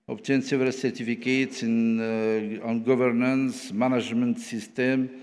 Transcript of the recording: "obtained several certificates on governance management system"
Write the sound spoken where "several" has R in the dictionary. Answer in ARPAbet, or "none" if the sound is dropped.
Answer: none